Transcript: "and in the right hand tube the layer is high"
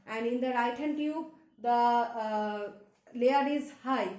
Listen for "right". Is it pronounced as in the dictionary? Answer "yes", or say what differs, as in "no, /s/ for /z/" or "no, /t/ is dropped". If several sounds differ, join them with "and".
yes